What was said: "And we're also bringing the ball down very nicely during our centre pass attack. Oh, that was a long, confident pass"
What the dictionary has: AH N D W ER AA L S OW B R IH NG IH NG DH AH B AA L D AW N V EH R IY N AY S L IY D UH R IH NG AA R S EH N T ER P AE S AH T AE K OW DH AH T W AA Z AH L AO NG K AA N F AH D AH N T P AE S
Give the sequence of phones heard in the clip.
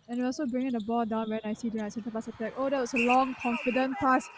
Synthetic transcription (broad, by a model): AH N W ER AA L S OW B R IH NG IH NG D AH B AA L D AW N W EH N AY S IY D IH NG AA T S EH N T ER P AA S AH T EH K OW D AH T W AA S AH L AO NG K AA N F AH D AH N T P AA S